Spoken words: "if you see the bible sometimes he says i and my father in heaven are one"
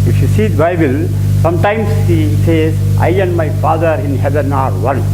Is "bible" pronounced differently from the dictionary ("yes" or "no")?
no